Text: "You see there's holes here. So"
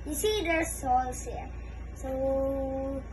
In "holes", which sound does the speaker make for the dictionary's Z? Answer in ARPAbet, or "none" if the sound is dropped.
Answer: S